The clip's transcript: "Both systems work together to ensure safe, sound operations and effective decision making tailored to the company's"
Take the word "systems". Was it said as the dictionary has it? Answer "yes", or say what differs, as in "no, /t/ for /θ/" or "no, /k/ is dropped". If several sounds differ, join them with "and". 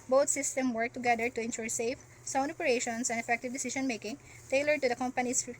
no, /z/ is dropped